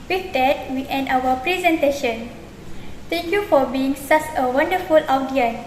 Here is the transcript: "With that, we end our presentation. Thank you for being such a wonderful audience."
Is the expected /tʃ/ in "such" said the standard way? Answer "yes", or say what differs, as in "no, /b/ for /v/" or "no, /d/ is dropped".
no, /s/ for /tʃ/